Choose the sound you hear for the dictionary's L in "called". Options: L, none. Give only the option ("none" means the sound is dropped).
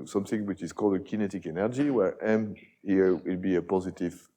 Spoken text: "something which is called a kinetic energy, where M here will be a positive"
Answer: L